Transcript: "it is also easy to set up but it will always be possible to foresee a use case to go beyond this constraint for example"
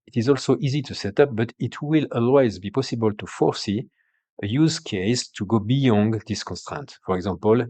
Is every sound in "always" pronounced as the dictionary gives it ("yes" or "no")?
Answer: yes